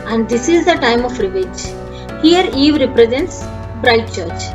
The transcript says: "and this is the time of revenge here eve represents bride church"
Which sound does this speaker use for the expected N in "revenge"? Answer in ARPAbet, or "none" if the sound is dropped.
none